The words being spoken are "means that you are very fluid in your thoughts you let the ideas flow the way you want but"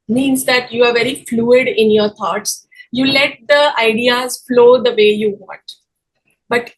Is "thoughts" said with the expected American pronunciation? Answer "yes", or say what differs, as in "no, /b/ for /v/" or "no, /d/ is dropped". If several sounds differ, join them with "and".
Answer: no, /t/ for /θ/